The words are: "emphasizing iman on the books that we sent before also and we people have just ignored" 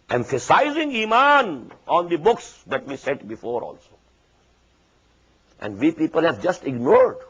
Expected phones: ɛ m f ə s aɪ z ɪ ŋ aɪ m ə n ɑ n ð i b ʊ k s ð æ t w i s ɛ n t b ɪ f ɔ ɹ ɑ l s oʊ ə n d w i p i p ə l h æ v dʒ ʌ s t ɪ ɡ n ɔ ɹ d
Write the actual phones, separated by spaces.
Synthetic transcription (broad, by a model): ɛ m f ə s aɪ z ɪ ŋ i m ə n ɑ n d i b ʊ k s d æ t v i s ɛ t b ɪ f ɔ ɹ ɑ l s oʊ ə n d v i p i p ə l h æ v dʒ ʌ s t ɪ ɡ n ɔ ɹ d